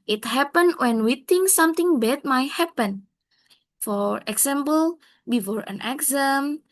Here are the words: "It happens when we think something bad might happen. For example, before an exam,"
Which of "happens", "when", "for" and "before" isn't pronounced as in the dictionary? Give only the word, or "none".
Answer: happens